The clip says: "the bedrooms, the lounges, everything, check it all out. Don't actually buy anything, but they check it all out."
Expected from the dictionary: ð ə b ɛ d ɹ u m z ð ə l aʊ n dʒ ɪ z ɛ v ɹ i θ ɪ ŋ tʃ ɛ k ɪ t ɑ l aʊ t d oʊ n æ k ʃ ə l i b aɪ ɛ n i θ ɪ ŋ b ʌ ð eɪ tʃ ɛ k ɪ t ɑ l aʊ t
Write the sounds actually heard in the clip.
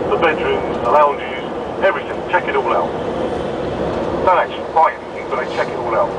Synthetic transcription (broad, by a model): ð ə b ɛ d ɹ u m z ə l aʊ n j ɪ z ɛ v ɹ i θ ɪ ŋ tʃ ɛ k ɪ t ɑ l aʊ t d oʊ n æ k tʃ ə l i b aɪ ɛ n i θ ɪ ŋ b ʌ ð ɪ tʃ ɛ k ɪ t ɑ l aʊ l